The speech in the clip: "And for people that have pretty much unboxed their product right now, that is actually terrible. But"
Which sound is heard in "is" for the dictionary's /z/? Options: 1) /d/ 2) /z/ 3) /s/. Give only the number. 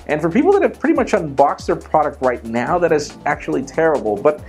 2